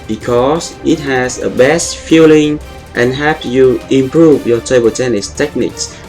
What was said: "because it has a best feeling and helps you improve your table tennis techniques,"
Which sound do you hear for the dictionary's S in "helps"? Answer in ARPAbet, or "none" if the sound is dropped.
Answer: none